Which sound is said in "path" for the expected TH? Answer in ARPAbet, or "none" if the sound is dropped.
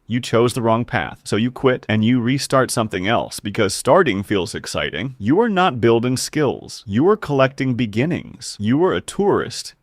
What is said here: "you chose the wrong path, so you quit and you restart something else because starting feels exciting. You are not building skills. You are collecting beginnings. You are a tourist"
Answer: TH